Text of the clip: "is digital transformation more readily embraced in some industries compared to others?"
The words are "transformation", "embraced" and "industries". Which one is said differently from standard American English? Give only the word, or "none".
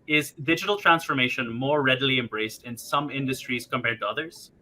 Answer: none